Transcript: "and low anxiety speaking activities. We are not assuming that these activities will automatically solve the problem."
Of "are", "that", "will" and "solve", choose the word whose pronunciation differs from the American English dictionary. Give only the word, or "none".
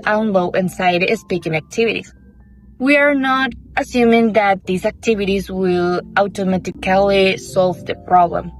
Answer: none